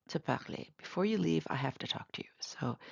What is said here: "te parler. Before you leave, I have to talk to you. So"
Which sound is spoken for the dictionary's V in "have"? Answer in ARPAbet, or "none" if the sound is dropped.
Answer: F